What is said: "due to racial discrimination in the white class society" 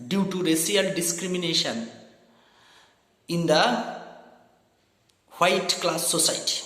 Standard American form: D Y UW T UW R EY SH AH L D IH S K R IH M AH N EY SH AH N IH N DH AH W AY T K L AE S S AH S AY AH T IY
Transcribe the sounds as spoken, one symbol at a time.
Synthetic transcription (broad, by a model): D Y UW T UW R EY S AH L D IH S K R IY M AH N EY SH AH N IH N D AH W AY T K L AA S S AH S AY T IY